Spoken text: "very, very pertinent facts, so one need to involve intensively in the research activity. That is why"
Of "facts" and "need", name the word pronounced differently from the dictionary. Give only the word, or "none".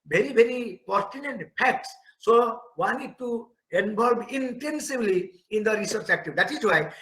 facts